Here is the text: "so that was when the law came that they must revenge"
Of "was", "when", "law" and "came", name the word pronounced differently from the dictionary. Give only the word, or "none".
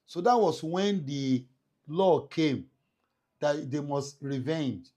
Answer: was